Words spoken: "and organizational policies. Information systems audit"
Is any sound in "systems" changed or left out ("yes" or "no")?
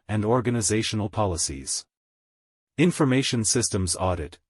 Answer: no